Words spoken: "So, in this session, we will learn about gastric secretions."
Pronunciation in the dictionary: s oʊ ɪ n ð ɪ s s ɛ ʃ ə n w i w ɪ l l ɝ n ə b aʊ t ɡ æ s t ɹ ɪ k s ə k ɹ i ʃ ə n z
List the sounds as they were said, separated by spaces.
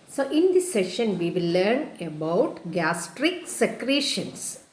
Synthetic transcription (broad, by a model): s oʊ ɪ n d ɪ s s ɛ ʃ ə n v i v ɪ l l ɝ n ə b aʊ t ɡ æ s t ɹ ɪ k s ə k ɹ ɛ ʃ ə n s